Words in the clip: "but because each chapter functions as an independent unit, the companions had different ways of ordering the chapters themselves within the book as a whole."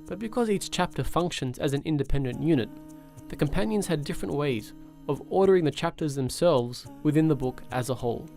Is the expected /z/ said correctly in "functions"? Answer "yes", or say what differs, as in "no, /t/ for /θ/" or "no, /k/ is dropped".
yes